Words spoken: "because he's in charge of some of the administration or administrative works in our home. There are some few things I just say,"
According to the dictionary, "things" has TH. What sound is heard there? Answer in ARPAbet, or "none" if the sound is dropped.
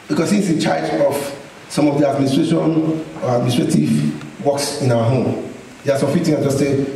T